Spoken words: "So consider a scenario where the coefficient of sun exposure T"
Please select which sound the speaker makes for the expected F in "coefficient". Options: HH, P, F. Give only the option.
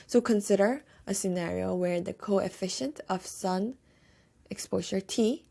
F